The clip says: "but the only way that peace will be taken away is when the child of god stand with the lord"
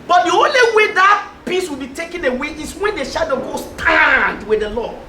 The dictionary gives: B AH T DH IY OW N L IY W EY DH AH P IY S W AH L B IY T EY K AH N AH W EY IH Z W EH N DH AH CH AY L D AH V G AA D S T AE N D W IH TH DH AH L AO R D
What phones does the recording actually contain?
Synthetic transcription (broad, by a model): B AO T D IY OW N L IY W EY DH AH P IY S W AH L B IY T EY K AH N AH W EY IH S W EH N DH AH SH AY D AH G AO S T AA N D W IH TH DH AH L AO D